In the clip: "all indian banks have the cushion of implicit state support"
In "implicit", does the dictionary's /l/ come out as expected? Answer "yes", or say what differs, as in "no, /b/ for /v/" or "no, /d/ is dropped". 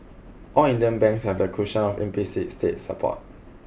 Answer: no, /l/ is dropped